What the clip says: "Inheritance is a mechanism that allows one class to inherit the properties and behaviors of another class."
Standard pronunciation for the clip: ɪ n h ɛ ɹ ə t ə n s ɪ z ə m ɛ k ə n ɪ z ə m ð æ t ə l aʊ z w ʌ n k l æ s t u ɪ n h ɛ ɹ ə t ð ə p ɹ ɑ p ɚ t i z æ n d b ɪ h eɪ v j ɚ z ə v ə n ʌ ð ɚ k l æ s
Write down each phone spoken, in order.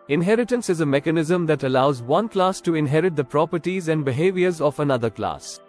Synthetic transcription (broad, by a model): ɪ n h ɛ ɹ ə t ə n s ɪ z ə m ɛ k ə n ɪ z ə m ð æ t ə l aʊ z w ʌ n k l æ s t u ɪ n h ɛ ɹ ə t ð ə p ɹ ɑ p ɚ t i z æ n d b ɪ h eɪ v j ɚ z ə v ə n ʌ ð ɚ k l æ s